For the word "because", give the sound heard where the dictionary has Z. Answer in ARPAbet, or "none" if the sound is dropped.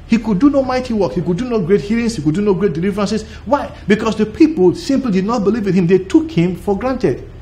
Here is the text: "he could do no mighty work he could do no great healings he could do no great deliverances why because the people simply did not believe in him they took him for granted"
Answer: S